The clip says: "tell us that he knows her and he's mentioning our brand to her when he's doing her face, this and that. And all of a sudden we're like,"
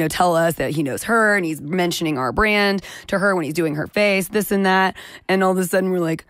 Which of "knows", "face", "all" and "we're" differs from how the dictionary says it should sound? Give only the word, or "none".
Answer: none